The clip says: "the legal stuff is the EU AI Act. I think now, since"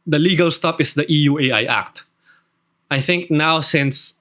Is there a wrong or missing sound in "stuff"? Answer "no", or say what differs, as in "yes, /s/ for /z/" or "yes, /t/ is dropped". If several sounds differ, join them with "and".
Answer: yes, /p/ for /f/